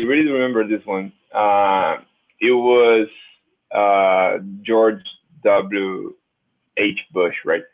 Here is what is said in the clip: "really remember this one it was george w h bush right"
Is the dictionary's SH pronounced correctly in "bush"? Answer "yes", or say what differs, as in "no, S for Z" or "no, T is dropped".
yes